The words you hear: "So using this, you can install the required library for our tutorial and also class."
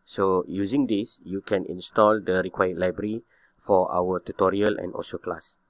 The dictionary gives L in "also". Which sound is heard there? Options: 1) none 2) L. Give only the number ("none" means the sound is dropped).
1